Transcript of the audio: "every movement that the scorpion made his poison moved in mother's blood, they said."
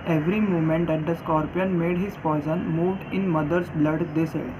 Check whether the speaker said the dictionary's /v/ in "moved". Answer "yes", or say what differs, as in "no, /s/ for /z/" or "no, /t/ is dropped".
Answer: yes